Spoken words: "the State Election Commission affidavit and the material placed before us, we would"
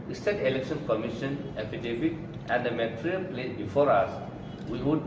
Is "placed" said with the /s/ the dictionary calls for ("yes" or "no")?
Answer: no